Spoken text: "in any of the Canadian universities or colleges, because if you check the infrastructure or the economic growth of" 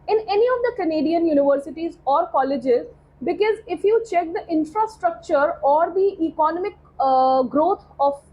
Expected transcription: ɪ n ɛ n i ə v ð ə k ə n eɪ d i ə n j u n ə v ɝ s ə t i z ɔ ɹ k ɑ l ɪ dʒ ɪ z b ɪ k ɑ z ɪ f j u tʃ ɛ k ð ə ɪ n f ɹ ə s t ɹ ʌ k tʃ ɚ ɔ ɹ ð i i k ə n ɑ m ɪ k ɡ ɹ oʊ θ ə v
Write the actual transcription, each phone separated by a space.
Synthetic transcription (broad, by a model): ɪ n ɛ n i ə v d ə k ə n eɪ d i ə n j u n ə v ɝ s ə t i z ɔ ɹ k ɑ l ɪ dʒ ɪ z b ɪ k ɑ z ɪ f j u tʃ ɛ k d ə ɪ n f ɹ ə s t ɹ ʌ k tʃ ɚ ɔ ɹ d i i k ə n ɑ m ɪ k ɡ ɹ oʊ t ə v